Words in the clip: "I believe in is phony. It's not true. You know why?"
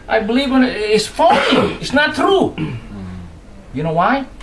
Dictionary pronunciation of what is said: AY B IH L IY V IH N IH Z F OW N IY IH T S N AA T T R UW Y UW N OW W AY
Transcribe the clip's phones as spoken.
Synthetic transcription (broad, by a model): AY B IH L IY V IH N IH S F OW L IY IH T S N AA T T R UW Y UW N OW W AY